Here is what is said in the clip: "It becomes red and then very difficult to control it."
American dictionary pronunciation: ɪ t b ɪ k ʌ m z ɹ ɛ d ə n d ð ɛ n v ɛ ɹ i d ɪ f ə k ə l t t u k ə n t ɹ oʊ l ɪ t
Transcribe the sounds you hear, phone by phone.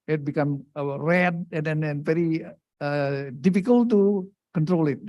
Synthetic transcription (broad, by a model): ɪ t b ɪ k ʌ m ɹ ɛ d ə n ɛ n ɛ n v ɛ ɹ i d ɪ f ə k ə l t t u k ə n t ɹ oʊ l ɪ t